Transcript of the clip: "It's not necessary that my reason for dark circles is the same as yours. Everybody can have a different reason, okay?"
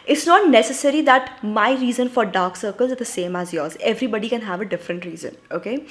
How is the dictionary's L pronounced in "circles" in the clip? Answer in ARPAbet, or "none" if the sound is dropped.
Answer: L